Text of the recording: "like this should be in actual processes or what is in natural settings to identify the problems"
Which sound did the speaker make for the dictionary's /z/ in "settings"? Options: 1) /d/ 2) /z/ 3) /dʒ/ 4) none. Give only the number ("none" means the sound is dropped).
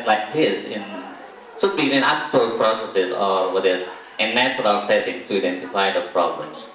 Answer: 4